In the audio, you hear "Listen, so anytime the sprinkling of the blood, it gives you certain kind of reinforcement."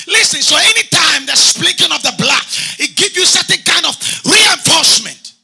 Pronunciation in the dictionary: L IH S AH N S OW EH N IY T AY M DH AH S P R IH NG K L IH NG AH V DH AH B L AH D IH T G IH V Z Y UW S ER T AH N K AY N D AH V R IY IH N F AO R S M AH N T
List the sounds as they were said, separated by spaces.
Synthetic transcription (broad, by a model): L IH S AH N S OW EH N IY T AY M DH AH S P L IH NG K IH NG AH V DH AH B L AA IH T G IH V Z Y UW S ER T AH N K AY N D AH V R IY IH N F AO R S M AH N T